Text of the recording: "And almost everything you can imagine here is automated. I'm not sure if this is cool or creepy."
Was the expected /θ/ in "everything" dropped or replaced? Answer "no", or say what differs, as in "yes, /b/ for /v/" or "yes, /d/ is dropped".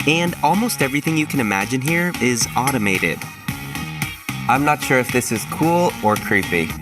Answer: no